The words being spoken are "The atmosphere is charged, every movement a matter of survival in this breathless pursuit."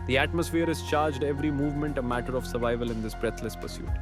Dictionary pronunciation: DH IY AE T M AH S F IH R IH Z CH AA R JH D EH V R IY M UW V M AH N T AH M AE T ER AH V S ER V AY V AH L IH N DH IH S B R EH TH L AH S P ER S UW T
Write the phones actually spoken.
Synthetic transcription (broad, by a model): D IY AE T M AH S F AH R IH Z CH AA R JH D EH V R IY M UW V M AH N T AH M AE T ER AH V S ER V AY V AH L IH N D IH S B R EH T L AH S P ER S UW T